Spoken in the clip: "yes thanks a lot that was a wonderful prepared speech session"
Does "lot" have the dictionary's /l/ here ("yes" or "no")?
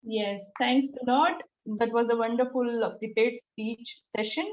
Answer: no